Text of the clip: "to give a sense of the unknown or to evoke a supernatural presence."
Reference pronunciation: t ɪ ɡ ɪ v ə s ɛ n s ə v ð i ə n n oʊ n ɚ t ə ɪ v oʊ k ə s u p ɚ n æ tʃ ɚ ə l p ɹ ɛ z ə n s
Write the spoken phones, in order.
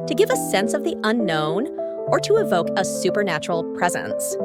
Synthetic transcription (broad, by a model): t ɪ ɡ ɪ v ə s ɛ n s ə v ð i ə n n oʊ n ɚ t ə ɪ v oʊ k ə s u p ɚ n æ tʃ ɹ l p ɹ ɛ z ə n s